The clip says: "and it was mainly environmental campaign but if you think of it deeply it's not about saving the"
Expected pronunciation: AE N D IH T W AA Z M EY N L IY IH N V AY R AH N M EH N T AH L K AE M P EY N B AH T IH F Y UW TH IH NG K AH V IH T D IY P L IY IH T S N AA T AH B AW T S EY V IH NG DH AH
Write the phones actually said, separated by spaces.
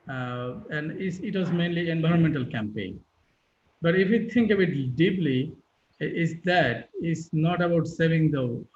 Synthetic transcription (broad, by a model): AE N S IH T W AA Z M EY N L IY IH N V AY R AH N M EH N T AH L K AE M P EY N B AH T IH F Y UW T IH NG K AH B IH T D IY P L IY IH T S N AA T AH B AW T S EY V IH NG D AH